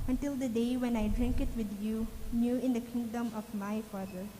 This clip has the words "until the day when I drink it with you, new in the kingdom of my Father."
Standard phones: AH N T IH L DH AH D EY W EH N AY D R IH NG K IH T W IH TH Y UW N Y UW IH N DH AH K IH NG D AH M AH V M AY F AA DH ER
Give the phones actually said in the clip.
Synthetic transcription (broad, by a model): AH N T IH L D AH D EY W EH N AY D R IH NG K IH T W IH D Y UW N Y UW IH N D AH K IH NG D AH M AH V M AY F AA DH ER